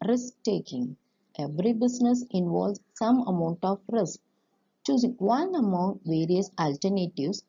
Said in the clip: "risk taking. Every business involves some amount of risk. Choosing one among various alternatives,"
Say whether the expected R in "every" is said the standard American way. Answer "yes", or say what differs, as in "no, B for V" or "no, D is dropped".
yes